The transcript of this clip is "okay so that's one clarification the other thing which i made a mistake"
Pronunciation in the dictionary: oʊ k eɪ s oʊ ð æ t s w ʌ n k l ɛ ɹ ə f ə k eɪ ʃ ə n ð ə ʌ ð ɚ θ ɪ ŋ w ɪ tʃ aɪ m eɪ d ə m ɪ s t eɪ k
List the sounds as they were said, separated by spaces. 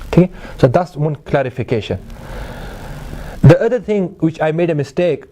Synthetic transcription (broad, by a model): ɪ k s oʊ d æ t s w ʌ n k l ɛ ɹ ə f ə k eɪ ʃ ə n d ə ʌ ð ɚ t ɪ ŋ w ɪ tʃ aɪ m eɪ d ə m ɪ s t eɪ k